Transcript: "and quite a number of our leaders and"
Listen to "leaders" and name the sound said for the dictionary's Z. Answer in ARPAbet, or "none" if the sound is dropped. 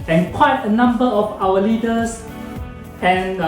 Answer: S